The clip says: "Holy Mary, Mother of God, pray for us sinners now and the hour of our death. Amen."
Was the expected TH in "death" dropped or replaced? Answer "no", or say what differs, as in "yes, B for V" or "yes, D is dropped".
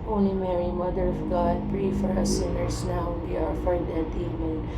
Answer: yes, T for TH